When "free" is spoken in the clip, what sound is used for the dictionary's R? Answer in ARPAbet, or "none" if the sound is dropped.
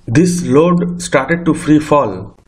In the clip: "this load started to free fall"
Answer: R